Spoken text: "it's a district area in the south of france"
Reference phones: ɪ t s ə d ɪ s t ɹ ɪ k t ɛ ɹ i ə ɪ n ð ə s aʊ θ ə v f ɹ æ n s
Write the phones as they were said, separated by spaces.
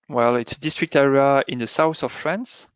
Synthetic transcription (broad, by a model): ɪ t s ə d ɪ s t ɹ ɪ k t ɛ ɹ i ə ɪ n ð ə s aʊ θ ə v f ɹ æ n s